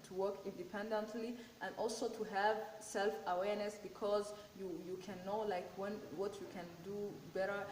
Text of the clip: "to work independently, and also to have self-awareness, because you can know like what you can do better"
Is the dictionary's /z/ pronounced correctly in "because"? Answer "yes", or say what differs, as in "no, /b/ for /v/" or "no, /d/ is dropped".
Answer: yes